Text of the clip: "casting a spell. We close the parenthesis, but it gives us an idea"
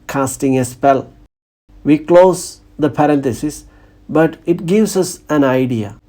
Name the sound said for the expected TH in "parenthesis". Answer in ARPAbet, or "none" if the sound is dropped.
T